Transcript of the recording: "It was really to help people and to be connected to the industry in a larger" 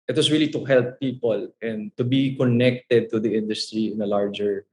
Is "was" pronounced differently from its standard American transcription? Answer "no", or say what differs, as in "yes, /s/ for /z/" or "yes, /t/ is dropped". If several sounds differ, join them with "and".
yes, /s/ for /z/